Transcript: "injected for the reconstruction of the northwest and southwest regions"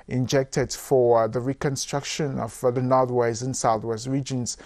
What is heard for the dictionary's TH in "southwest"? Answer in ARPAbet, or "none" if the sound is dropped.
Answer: TH